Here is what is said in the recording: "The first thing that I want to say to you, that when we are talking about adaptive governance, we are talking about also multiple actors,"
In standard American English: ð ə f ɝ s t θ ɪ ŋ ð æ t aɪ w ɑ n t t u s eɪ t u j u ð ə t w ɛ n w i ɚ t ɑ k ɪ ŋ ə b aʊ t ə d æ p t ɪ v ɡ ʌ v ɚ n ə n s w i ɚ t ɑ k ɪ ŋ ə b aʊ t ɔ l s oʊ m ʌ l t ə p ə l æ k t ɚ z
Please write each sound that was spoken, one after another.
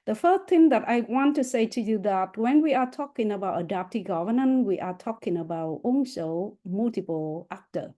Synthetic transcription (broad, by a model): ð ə f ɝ s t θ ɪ ŋ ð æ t aɪ w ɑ n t t u s eɪ t u j u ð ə t w ɛ n w i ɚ t ɑ k ɪ ŋ ə b aʊ t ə d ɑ p t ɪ ɡ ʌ v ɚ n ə n w i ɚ t ɑ k ɪ ŋ ə b aʊ t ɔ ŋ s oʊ m ʌ l t ə p ə l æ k t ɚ